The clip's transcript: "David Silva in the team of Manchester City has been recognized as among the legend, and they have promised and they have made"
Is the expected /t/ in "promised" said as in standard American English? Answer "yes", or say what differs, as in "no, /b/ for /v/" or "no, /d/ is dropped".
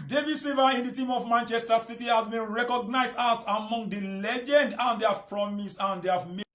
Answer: no, /t/ is dropped